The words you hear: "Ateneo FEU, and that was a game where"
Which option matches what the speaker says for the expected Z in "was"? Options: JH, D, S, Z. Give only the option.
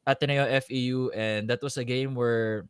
S